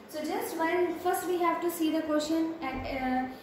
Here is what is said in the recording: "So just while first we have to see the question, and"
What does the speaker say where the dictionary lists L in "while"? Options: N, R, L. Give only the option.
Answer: N